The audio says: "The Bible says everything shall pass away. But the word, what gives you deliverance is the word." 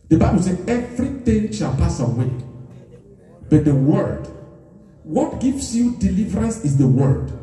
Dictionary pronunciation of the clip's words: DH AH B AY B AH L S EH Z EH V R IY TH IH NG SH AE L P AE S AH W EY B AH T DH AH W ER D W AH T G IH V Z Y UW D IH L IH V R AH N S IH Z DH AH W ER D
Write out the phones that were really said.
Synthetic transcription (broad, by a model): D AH B AY B AH L S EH EH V R IY T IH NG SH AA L P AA S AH W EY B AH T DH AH W ER D W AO T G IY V S Y UW D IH L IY V R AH N S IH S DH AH W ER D